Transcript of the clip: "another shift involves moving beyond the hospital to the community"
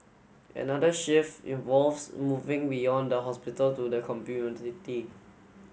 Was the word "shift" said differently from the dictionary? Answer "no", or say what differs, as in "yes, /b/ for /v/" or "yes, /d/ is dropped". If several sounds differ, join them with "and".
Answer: yes, /t/ is dropped